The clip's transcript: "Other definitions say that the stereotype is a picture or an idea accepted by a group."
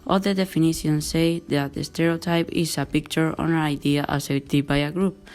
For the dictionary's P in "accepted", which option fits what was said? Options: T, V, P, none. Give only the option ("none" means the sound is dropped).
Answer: none